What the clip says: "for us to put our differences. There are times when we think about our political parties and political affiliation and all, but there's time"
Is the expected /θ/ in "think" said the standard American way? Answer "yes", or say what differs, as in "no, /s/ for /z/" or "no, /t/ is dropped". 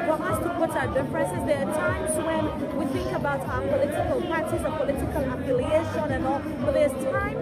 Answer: yes